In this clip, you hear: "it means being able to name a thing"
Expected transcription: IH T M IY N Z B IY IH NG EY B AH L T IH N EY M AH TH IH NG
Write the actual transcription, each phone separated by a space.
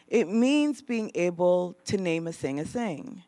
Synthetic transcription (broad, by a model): IH T M IY N Z B IY IH NG EY B L T IH N EY M AH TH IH NG